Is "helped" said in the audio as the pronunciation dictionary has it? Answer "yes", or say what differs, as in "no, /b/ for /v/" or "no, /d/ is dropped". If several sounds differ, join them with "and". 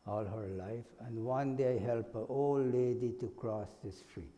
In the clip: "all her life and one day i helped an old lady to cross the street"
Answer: no, /t/ is dropped